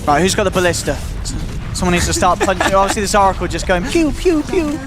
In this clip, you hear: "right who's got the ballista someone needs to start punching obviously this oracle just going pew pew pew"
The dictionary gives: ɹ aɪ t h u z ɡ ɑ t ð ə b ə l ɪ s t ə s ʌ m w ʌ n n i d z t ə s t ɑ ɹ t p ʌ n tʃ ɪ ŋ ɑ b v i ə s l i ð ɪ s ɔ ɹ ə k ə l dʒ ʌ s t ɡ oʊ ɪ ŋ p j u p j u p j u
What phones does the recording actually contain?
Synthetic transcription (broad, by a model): ɹ aɪ t h u z ɡ ɑ t ð ə b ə l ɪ s t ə s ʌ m w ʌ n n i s t ə s t ɑ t p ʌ n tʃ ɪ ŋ ɑ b v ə s l i ð ɪ s ɔ ɹ ə k ə l dʒ ʌ s ɡ oʊ ɪ ŋ p j u p j u p j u